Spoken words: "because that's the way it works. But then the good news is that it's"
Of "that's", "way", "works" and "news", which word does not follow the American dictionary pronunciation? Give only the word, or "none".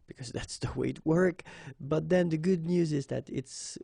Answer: works